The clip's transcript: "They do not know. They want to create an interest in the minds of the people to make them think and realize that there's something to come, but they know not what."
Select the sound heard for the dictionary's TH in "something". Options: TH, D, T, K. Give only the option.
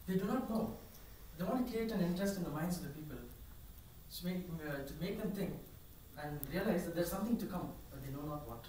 T